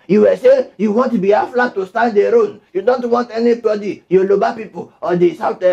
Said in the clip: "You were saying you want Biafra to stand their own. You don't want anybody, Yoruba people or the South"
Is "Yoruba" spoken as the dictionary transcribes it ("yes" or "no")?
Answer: no